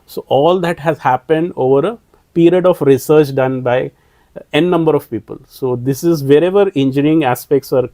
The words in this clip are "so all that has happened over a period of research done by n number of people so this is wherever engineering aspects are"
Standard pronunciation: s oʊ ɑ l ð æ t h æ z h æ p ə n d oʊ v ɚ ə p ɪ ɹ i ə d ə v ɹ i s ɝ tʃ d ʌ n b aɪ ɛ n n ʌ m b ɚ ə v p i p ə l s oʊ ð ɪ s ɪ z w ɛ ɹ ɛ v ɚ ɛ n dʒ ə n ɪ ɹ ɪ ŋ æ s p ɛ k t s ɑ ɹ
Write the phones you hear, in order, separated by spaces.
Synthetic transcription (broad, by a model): s oʊ ɑ l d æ t h æ z h æ p ə n d oʊ v ɚ ə p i ɹ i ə d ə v ɹ i s ɝ tʃ d ʌ n b aɪ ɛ n n ʌ m b ɚ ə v p i p ə l s oʊ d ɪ s ɪ z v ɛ ɹ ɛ v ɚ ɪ n dʒ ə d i ɪ ŋ æ s p ɛ k t s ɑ ɹ